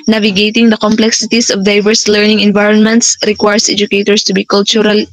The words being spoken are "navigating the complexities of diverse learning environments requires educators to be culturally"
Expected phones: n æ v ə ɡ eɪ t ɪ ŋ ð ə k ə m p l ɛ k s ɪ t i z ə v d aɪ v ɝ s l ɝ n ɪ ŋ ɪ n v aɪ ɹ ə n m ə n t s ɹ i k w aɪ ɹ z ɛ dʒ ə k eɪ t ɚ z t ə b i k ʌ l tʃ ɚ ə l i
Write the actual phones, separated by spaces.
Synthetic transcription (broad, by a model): n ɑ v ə ɡ eɪ t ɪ ŋ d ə k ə m p l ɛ k s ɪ t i s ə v d aɪ v ɝ s l ɝ n ɪ ŋ ɪ n v aɪ ɹ ə n m ə n t s ɹ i k w aɪ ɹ s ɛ dʒ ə k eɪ t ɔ s t ə b i k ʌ l tʃ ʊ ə l